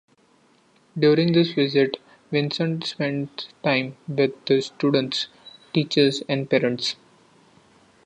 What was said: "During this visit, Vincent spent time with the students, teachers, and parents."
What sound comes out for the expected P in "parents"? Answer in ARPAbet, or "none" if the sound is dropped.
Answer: P